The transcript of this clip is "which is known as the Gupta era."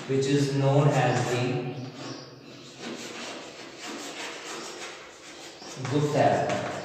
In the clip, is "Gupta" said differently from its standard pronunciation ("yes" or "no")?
yes